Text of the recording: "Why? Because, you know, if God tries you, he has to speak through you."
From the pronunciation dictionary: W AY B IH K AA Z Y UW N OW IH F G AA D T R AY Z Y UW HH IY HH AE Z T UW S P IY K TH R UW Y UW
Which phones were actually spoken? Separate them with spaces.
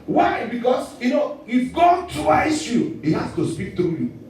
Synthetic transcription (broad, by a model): W AY B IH K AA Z Y UW N OW IH F G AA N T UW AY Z Y UW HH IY HH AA S T UW S P IY K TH R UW Y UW